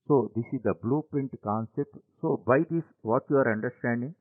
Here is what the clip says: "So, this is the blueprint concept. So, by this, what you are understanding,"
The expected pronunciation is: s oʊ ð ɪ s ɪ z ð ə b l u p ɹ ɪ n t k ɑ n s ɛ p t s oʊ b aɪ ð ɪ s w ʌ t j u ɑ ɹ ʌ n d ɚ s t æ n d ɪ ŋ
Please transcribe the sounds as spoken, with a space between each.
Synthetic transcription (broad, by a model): s oʊ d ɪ s ɪ z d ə b l u p ɪ n t k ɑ n s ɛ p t s oʊ b aɪ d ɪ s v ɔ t j u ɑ ɹ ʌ n d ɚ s t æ n d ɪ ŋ